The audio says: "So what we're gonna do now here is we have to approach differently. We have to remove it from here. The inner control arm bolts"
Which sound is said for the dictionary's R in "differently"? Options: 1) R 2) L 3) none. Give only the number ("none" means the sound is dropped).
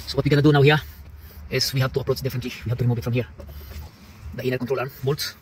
3